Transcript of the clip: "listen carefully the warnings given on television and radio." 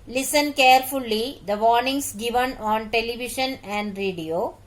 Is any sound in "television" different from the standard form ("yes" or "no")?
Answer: yes